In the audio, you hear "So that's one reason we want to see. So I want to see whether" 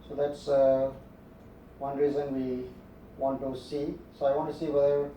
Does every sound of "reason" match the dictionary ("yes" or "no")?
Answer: yes